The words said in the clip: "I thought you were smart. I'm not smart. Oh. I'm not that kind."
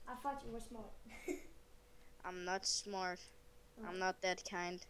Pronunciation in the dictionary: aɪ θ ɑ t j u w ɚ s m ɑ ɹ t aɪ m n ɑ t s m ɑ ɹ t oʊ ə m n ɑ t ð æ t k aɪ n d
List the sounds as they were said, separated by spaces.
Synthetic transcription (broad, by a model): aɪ f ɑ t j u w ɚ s m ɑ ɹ t aɪ m n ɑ t s m ɑ ɹ t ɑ ə m n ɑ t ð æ t k aɪ n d